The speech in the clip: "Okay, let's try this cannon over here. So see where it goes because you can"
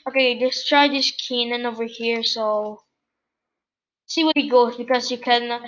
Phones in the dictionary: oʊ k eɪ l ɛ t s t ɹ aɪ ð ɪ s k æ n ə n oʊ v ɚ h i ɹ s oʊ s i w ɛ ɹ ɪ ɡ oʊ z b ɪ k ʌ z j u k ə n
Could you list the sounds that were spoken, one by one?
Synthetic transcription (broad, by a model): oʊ k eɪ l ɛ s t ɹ aɪ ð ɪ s k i n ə n oʊ v ɚ h i ɹ s oʊ s i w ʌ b ɪ ɡ oʊ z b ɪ k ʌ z j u k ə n